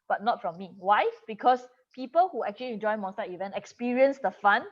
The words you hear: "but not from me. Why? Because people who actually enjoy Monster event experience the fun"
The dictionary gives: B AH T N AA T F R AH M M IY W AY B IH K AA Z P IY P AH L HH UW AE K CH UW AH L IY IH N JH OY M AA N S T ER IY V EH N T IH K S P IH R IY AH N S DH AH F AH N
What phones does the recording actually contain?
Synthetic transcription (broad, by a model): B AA T N AA T F R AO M M IY W AY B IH K AA S P IY P AH L HH UW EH K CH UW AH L IY IH N JH OY M AA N S T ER IY V EH N T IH K S P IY R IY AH N S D AH F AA N